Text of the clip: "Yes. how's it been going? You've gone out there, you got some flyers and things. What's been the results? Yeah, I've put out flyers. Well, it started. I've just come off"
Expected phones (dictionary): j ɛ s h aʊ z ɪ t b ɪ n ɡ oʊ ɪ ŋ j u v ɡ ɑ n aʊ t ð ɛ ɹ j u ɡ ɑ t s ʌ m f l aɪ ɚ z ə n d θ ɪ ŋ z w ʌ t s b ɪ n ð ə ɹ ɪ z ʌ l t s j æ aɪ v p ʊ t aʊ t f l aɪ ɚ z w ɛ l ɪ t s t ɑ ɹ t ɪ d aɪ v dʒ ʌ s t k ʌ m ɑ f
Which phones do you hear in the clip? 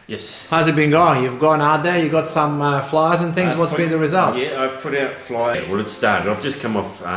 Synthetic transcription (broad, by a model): j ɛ s h aʊ z ɪ t b ɪ n ɡ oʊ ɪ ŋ j u v ɡ ɑ n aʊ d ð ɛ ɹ j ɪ ɡ ɑ t s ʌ m f l aɪ ɚ z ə n θ ɪ ŋ z w ʌ t s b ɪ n ð ə ɹ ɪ z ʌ l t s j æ aɪ v p ʊ t aʊ t f l aɪ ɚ w ɛ l ɪ t s t ɑ ɹ t ɪ d aɪ v dʒ ʌ s k ʌ m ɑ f